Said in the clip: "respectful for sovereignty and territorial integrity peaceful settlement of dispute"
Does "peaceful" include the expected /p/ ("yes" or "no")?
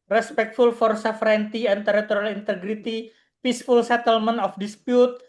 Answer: yes